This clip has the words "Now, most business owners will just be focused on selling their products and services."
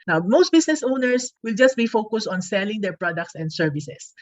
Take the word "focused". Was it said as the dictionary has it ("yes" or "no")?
yes